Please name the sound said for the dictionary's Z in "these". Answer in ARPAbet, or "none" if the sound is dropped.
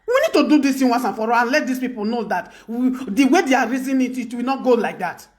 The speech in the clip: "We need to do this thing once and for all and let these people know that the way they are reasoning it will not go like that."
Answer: S